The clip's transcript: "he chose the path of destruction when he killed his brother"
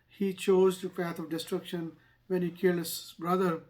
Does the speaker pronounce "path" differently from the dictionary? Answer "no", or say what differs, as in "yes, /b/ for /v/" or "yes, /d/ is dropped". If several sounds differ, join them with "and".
yes, /t/ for /θ/